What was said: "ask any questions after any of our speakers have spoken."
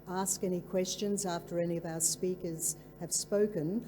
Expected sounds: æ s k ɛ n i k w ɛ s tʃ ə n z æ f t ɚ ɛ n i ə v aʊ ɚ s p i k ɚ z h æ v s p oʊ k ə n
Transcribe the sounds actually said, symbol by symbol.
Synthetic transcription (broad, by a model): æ s k ɛ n i k w ɛ s tʃ ə n z æ f t ɚ ɛ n i ə v aʊ ɚ s p i k ɚ z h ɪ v s p oʊ k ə n